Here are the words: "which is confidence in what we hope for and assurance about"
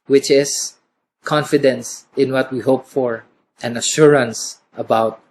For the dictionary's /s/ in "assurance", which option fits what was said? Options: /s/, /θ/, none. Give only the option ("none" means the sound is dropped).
/s/